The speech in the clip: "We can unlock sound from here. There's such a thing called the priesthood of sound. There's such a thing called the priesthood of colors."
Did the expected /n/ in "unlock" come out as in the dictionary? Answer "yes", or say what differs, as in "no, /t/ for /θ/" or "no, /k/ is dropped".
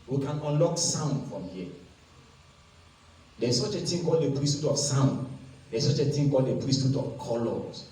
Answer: yes